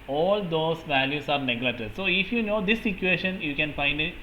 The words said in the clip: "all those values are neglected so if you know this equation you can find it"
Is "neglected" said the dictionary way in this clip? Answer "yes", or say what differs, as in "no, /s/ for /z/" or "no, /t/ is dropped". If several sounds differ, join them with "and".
no, /k/ is dropped